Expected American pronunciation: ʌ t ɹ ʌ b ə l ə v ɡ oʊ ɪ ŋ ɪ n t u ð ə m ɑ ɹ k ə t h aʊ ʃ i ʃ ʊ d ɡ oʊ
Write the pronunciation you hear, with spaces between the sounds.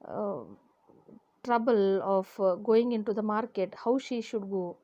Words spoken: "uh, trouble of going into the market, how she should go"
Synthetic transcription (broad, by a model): t ɹ ʌ b ə l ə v ɡ oʊ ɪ ŋ ɪ n t u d ə m ɑ ɹ k ə t h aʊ ʃ i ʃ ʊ d ɡ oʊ